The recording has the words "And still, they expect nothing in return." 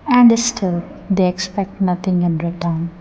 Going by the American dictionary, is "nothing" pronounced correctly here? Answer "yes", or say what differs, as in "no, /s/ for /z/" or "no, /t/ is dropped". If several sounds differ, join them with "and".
no, /t/ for /θ/